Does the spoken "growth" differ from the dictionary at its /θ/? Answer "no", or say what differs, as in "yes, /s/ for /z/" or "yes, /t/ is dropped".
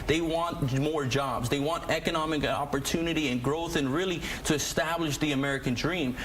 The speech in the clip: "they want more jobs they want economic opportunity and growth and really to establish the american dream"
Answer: no